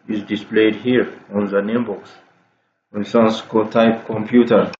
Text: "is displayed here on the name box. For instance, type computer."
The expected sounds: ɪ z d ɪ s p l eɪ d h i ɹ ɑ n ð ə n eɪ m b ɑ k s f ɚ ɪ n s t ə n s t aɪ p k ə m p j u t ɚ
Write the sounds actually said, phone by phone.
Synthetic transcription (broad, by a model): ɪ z d ɪ s p l eɪ d h i ɹ ɑ n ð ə n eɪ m b ɑ k s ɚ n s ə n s t aɪ p k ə m p j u t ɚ